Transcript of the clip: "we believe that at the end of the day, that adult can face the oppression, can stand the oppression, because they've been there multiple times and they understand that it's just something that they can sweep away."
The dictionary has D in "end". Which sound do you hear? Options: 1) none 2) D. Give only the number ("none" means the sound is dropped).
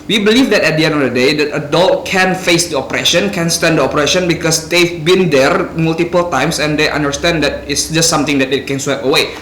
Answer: 1